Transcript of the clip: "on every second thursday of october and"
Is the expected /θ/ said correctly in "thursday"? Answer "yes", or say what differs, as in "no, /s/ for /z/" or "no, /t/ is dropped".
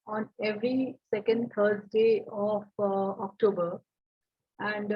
no, /t/ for /θ/